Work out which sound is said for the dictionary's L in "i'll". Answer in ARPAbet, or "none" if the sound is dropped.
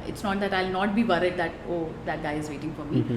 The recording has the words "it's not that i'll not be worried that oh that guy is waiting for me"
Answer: L